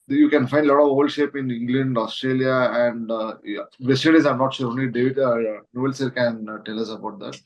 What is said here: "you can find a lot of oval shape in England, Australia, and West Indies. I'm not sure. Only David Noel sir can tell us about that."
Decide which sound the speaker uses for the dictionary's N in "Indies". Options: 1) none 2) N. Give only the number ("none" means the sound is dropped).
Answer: 1